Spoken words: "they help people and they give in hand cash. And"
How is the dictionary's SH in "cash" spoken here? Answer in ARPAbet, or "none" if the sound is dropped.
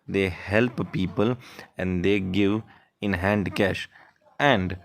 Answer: SH